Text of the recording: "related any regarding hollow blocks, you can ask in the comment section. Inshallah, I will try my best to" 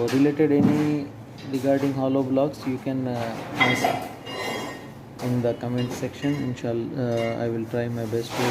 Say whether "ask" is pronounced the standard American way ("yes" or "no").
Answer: no